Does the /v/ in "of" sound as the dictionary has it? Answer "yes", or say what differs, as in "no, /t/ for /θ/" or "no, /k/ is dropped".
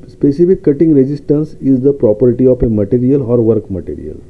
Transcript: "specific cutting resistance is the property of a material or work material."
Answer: no, /p/ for /v/